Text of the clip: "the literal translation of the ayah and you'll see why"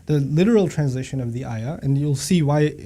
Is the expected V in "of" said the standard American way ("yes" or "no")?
yes